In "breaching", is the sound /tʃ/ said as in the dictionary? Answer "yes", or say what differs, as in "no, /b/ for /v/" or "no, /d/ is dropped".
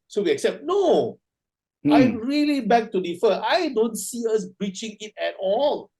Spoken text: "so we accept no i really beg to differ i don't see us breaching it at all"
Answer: yes